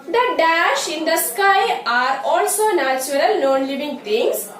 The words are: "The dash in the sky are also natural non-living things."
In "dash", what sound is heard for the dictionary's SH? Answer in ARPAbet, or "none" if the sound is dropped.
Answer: SH